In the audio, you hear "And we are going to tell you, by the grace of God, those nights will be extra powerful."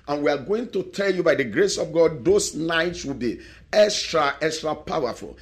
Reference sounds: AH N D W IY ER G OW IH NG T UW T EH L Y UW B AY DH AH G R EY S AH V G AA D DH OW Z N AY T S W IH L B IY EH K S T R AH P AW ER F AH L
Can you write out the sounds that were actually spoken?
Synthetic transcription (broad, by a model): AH N W IY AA G OW IH NG T UW T EH L Y UW B AY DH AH G R EY S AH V G AA D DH OW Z N AY T S W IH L B IY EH K S T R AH P AW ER F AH L